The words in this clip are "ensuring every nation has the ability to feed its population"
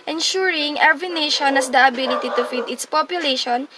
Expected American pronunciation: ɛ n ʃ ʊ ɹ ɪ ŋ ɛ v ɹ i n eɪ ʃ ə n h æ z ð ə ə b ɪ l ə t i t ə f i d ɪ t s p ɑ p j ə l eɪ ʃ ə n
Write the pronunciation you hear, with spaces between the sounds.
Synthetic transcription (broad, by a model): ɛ n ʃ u ɹ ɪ ŋ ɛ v i n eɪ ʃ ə n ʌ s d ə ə b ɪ l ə t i t ə f i d ɪ t s p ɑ p j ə l eɪ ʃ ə n